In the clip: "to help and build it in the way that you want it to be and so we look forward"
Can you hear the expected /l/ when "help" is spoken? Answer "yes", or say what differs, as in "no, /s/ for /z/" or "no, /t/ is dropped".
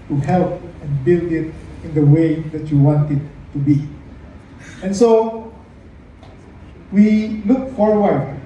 yes